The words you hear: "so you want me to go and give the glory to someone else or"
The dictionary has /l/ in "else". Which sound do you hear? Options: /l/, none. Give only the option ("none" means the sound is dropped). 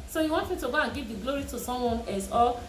none